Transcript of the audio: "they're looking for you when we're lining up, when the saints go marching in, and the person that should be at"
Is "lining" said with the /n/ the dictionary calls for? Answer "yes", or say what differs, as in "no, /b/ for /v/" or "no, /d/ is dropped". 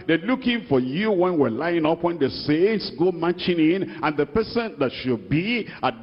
no, /n/ is dropped